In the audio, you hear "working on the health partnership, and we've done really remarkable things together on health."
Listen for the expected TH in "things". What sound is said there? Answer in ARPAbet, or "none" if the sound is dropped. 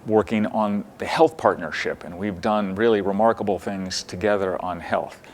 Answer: TH